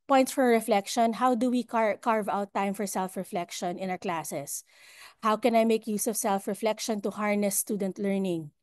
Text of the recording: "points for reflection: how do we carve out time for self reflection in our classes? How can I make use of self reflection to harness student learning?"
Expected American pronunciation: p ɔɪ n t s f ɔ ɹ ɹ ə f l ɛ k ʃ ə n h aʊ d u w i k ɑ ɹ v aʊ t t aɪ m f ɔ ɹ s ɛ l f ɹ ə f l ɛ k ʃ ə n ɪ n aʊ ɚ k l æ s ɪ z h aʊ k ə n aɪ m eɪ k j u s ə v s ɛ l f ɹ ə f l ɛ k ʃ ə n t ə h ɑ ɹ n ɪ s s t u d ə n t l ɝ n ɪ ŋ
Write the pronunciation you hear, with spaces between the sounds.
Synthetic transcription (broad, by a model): p ɔɪ n t s f ɔ ɹ ɹ ə f l ɛ k ʃ ə n h aʊ d u w i k ɑ ɹ v aʊ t t aɪ m f ɔ ɹ s ɛ l f ɹ ə f l ɛ k ʃ ə n ɪ n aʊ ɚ k l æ s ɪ s h aʊ k ə n aɪ m eɪ k j u s ə v s ɛ l f ɹ ə f l ɛ k ʃ ə n t ə h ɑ ɹ n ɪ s s t u d ə n t l ɝ n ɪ ŋ